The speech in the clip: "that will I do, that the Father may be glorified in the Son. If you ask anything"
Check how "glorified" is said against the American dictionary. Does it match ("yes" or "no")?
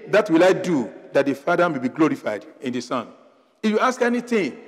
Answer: yes